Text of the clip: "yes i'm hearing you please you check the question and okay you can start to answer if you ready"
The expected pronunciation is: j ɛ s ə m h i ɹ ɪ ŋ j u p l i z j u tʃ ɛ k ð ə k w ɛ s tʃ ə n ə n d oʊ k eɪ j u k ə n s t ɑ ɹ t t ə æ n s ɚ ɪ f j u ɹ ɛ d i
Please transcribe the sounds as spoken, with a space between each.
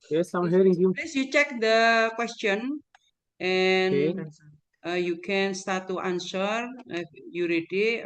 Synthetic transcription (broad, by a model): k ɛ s ə m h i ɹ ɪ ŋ j u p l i s j u tʃ ɛ k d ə k w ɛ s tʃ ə n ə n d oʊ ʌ j u k ə n s t ɑ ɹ t t ə n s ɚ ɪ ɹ j u ɹ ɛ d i